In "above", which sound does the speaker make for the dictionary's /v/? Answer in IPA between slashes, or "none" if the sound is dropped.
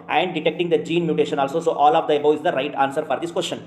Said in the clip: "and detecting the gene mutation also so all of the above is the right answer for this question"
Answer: none